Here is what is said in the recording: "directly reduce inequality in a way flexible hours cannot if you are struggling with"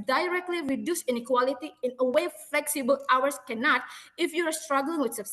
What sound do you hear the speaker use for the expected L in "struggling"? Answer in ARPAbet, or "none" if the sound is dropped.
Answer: L